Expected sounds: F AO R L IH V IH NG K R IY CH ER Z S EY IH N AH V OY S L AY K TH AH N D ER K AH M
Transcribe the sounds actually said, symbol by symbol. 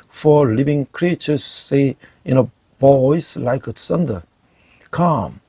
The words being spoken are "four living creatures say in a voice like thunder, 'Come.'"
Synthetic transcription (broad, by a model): F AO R L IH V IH NG K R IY CH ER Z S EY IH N AH B OY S L AY K S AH N D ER K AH M